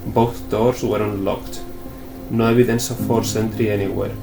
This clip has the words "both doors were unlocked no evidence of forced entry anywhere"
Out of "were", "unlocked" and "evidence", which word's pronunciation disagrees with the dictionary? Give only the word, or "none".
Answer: evidence